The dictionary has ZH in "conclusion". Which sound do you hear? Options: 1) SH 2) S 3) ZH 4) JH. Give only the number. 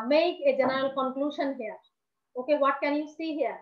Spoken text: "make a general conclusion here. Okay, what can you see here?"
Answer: 1